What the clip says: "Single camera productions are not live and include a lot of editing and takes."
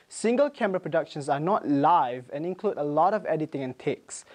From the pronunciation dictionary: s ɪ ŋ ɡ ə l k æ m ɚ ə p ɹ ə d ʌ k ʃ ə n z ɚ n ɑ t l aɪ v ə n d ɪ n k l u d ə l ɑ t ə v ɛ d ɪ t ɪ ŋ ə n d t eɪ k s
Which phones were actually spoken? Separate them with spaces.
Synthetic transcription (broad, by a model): s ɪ ŋ ɡ ə l k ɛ m ɚ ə p ɹ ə d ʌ k ʃ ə n s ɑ n ɑ t l aɪ v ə n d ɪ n k l u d ə l ɑ t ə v ɛ d ɪ t ɪ ŋ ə n t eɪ k s